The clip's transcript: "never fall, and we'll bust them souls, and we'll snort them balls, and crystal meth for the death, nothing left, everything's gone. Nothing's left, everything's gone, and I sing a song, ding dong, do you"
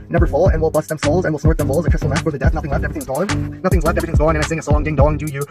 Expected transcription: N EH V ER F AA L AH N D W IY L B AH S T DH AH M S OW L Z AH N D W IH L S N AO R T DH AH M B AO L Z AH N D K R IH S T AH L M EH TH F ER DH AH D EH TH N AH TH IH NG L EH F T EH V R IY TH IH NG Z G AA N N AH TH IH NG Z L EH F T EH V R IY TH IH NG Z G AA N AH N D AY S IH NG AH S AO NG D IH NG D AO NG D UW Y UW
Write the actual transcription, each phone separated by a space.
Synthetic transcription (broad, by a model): N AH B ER F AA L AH N W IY L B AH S DH AH M S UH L Z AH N W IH L S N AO R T DH AH M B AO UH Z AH K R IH S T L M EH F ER DH AH D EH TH N AH TH IH NG L EH F T EH V R IY TH IH NG Z G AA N N AH TH IH NG Z L EH F T EH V R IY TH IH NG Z G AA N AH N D AY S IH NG AH S AO NG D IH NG D AO NG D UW Y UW